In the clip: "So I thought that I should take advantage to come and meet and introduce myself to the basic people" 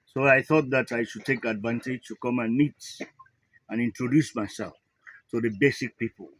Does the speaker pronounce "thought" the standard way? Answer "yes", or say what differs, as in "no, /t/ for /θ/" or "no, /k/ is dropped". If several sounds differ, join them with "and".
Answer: yes